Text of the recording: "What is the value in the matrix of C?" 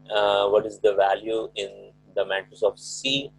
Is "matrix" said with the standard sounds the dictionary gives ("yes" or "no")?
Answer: no